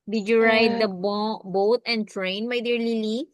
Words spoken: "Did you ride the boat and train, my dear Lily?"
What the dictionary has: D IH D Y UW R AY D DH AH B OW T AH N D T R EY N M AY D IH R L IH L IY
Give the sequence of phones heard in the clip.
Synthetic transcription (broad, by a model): D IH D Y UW R AY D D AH B OW T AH N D T R EY N M AY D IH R L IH L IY